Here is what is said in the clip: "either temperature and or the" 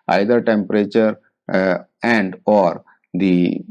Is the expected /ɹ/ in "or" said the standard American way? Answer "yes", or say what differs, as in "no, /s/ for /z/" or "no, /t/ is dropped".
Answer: yes